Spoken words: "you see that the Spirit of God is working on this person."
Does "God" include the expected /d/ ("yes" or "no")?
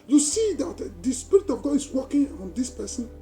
no